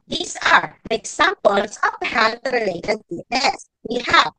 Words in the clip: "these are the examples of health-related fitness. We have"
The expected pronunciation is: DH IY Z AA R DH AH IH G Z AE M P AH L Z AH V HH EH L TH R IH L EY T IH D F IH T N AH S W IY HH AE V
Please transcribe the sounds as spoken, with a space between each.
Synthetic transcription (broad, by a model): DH IY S AA R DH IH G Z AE M P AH L S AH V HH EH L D R IH L EY T IH D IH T AH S W IY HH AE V